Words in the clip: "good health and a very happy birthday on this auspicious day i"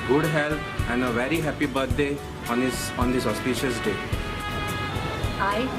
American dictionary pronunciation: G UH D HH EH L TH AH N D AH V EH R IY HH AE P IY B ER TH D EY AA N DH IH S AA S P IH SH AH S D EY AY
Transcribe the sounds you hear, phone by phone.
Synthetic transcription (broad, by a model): G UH D HH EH L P AH N D AH V EH R IY HH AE P IY B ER T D EY AA N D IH S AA S P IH SH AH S D EY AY